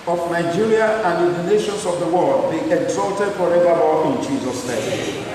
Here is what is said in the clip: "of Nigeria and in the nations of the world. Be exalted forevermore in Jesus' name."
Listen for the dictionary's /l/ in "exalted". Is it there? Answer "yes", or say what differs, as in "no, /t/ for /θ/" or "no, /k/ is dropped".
yes